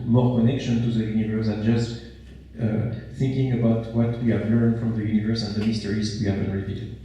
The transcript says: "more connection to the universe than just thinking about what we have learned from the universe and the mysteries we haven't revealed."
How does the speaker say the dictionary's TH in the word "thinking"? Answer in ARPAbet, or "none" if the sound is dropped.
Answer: TH